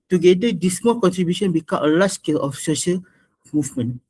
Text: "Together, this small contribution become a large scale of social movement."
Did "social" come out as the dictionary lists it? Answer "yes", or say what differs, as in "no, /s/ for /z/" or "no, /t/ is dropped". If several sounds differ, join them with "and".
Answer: yes